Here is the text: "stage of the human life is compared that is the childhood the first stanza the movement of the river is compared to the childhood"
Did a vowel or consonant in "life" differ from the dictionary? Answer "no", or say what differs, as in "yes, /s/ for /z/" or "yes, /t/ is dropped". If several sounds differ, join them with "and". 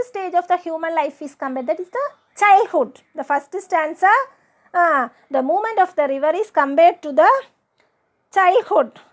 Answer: no